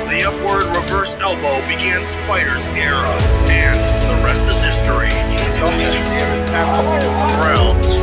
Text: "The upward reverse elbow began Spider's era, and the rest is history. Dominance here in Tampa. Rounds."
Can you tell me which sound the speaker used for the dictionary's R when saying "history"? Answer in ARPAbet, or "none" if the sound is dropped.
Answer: R